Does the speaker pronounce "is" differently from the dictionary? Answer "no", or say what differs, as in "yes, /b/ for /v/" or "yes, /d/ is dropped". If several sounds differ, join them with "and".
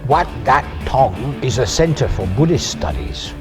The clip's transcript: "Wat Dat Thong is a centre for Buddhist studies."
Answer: no